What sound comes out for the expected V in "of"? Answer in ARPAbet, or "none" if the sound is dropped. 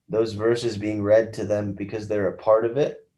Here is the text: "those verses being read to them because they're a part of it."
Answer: V